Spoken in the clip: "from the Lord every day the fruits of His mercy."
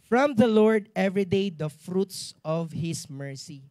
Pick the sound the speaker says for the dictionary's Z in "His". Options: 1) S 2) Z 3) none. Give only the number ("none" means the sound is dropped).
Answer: 1